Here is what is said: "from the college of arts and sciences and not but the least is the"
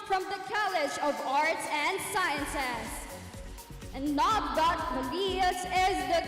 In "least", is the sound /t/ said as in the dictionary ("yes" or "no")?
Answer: no